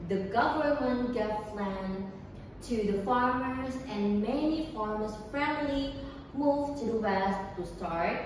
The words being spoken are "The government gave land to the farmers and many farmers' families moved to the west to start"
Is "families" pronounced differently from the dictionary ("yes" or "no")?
yes